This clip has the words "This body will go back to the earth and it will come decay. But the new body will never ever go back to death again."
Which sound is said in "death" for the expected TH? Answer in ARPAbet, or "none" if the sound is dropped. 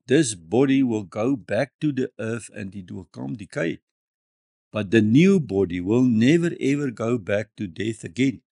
TH